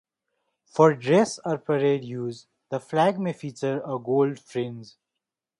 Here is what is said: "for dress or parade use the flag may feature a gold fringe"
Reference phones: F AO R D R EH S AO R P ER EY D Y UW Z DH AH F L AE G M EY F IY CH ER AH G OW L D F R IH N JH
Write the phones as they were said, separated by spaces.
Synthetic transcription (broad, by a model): F AO R D R EH S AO R P ER EY D Y UW Z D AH F L AE G M EY F IY CH ER AH G OW L D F R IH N Z